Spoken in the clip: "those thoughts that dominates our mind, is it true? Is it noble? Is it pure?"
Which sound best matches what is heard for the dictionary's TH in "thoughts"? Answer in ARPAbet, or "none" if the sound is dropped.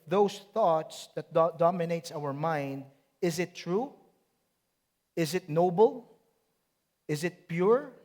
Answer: TH